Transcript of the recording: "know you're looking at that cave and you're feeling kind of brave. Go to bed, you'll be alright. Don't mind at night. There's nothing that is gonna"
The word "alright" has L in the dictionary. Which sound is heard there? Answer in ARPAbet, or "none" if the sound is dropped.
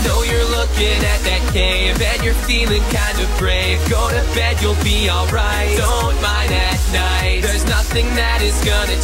L